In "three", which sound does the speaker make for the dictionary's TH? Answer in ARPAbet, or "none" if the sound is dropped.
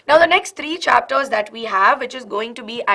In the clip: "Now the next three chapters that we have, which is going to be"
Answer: T